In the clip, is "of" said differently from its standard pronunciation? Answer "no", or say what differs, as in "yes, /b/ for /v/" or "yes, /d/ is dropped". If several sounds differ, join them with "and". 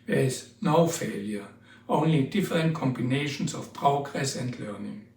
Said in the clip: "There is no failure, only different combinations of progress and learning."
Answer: yes, /f/ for /v/